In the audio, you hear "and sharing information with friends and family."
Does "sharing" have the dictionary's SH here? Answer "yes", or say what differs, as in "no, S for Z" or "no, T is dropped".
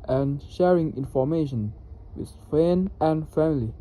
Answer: yes